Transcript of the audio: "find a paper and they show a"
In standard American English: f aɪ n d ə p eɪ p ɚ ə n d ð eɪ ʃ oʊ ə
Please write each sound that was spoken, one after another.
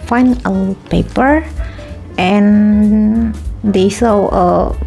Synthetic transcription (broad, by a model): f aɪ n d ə p eɪ p ɚ ə n d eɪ s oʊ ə